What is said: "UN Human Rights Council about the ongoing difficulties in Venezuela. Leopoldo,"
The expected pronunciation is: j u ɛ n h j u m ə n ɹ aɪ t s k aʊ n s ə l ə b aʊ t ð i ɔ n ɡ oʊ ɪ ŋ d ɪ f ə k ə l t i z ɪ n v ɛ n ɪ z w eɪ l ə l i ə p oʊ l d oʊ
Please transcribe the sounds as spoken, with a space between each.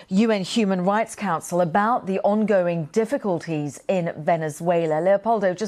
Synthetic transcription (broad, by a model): j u ɛ n h j u m ə n ɹ aɪ t s k aʊ n s ə l ə b aʊ t ð i ɔ n ɡ oʊ ɪ ŋ d ɪ f ə k ə l t i z ɪ n v ɛ n ɪ z w eɪ l ə l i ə p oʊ l d oʊ